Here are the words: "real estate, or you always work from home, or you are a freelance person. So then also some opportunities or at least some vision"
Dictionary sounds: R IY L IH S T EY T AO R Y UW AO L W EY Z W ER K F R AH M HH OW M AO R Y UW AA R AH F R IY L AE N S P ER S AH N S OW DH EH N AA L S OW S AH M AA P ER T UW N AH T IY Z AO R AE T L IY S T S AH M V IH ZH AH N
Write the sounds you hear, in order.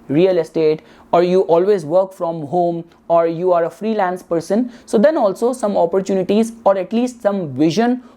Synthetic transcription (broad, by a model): R IY L IH S T EY T AO R Y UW AO L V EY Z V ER K F R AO M HH OW M AO R Y UW AA R AH F R IY L AE N S P ER S AH N S OW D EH N AA L S OW S AH M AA P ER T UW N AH T IY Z AO R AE T L IY S T S AH M V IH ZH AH N